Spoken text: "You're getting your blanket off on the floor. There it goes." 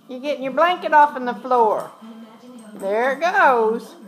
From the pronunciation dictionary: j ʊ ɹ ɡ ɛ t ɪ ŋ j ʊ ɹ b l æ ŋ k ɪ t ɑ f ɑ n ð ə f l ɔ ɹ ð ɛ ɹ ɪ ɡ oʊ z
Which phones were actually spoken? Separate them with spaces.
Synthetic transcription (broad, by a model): j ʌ ɹ ɡ ɛ t ɪ ŋ j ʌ ɹ b l æ ŋ k ɪ t ɑ f n ð ə f l ɔ ɹ ð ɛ ɹ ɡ oʊ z